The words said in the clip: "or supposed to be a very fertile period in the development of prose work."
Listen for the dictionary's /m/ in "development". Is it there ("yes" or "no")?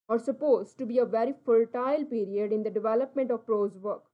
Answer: yes